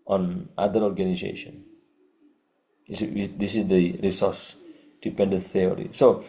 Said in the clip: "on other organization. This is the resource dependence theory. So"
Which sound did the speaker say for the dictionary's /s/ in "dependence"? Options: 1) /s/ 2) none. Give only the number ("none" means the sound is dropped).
2